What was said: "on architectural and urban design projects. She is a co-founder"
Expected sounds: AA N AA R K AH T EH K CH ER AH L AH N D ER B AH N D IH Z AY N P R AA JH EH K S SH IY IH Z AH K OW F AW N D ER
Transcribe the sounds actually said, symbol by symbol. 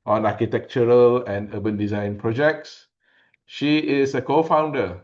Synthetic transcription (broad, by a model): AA N AA K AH T EH K CH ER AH L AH N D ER B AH N D IH Z AY N P R AA JH EH K S SH IY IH S AH K OW F AW N D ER